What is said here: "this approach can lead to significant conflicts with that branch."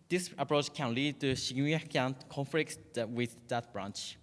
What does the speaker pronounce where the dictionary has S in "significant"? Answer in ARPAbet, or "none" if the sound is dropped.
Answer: SH